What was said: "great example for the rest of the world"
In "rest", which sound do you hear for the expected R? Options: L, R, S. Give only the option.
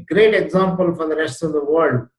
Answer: R